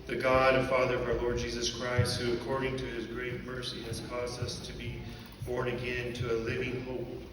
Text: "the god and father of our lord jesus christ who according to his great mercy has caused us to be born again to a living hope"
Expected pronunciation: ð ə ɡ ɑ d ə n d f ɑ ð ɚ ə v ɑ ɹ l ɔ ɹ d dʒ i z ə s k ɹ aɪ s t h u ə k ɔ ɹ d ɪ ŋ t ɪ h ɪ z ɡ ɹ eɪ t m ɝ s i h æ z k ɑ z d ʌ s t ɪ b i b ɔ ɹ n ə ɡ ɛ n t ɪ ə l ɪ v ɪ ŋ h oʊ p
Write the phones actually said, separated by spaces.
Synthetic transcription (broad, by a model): ð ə ɡ ɑ d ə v f ɑ ð ɚ ə v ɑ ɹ l ɔ ɹ d dʒ i z ə s k ɹ aɪ s t h u ə k ɔ ɹ d ɪ ŋ t ɪ ɪ z ɡ ɹ eɪ t m ɝ s i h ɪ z k ɑ z d ʌ s t ɪ b i b ɔ ɹ n ə ɡ ɛ n t ɪ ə l ɪ v ɪ ŋ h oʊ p